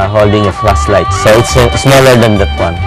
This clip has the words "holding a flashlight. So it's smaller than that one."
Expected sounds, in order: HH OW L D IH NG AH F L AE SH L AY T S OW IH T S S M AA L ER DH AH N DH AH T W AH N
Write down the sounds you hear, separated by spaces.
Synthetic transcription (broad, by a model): HH OW L D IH NG AH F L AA S L AY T S OW IH T S S M AA L ER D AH N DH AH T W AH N